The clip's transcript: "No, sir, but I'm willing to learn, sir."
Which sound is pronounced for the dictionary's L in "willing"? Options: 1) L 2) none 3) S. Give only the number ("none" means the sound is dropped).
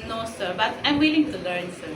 1